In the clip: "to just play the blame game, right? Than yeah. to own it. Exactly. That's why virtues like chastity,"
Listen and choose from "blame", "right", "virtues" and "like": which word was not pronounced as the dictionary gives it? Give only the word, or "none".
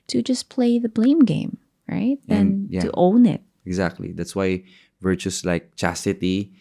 virtues